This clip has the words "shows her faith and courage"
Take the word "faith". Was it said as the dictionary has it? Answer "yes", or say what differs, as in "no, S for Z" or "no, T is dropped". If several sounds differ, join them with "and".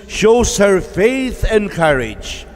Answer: yes